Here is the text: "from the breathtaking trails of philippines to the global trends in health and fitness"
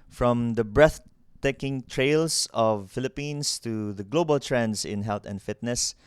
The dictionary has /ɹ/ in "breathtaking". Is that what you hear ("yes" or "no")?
yes